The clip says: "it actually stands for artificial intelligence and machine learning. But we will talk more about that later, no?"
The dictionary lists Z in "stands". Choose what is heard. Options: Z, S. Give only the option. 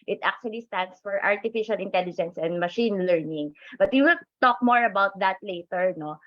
S